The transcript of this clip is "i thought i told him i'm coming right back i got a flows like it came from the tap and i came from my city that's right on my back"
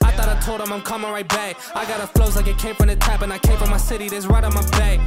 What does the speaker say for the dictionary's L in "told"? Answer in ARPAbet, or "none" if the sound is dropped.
L